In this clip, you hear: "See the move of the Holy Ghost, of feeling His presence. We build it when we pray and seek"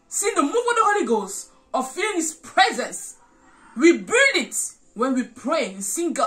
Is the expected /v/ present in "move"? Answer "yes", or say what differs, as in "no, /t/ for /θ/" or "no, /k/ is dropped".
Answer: no, /v/ is dropped